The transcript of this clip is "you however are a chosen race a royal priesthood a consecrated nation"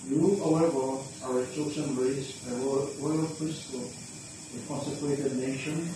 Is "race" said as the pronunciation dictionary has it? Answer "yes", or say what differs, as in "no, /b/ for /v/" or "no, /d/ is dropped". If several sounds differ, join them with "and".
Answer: no, /s/ is dropped